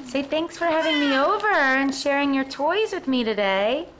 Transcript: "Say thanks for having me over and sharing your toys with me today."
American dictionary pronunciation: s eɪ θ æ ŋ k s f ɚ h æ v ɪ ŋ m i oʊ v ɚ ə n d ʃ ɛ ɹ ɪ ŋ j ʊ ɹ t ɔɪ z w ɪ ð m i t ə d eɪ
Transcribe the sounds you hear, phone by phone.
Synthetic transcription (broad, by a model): s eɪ θ æ ŋ k s f ɚ h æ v ɪ ŋ m i oʊ v ɚ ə n ʃ ɛ ɹ ɪ ŋ j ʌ ɹ t ɔɪ z w ɪ ð m i t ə d eɪ